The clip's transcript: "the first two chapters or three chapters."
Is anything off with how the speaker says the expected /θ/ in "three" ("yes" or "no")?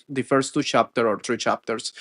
yes